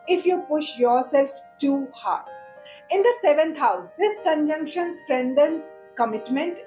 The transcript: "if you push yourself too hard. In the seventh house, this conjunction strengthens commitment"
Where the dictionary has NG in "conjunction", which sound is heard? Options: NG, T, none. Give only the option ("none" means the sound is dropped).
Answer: NG